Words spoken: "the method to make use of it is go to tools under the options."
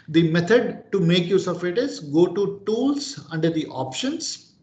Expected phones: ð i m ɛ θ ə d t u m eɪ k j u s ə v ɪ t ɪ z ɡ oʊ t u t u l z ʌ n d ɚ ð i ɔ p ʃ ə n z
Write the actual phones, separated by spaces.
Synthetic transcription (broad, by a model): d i m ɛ t ə d t u m eɪ k j u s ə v ɪ t ɪ z ɡ oʊ t u t u l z ʌ n d ɚ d i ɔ p ʃ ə n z